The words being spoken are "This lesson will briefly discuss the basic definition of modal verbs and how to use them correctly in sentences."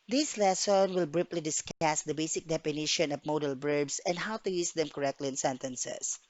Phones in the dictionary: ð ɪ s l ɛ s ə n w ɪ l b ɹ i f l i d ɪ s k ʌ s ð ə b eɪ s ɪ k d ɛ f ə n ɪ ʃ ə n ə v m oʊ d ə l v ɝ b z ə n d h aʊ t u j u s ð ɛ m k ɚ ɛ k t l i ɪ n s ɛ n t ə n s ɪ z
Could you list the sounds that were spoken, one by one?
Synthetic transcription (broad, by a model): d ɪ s l ɛ s ə n w ɪ l b ɹ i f l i d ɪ s k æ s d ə b eɪ s ɪ k d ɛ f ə n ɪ ʃ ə n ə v m oʊ d ə l b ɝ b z ə n d h aʊ t u j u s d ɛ m k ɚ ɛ k t l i ɪ n s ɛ n t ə n s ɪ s